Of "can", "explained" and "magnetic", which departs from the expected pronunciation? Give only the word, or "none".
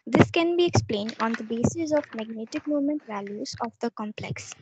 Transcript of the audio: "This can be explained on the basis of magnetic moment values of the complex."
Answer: none